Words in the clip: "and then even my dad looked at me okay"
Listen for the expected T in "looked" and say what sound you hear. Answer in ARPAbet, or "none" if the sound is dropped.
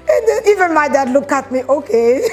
none